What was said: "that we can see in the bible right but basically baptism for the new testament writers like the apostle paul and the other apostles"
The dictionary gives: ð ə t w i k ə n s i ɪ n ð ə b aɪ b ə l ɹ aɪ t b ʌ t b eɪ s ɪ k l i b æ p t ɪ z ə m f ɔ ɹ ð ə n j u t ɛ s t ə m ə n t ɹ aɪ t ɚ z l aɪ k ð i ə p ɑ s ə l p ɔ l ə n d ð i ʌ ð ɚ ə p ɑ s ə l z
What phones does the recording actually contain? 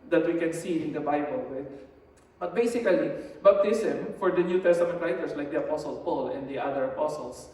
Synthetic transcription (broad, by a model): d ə t w i k ə n s i ɪ n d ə b aɪ b ə l w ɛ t b ʌ t b eɪ s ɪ k l i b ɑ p t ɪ s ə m f ɔ ɹ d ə n j u t ɛ s t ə m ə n t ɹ aɪ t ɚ s l aɪ k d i ə p ɑ s ə l p ɔ l ə n d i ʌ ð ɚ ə p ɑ s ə l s